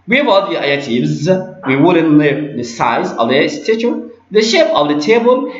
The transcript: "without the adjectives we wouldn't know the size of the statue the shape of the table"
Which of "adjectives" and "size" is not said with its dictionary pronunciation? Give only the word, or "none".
adjectives